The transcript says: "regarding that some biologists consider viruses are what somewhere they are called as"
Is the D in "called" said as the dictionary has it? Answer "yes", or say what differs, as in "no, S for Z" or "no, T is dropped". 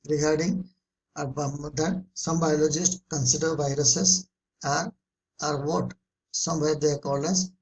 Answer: no, D is dropped